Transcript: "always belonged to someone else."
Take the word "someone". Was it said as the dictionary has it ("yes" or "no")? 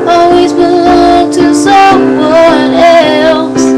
no